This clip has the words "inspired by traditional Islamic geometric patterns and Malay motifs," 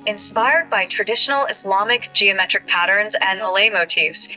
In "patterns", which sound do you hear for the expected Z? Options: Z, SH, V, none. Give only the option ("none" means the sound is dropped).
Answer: Z